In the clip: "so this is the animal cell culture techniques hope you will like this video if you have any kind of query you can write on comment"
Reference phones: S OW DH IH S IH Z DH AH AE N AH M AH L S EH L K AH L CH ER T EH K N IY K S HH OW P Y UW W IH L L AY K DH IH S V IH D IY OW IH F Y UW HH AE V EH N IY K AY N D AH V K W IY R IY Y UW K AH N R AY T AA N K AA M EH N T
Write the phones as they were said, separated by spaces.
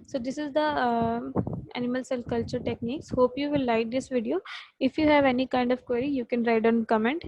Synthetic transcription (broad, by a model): S OW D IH S IH Z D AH AE N AH M AH L S EH L K AH L CH ER T EH K N IY K S HH OW P Y UW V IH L L AY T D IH S V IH D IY OW IH F Y UW HH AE V EH N IY K AY N D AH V K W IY R IY Y UW K AH N R AY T AA N K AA M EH N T